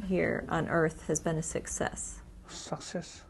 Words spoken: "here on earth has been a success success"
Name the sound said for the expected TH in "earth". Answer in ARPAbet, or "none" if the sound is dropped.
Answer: TH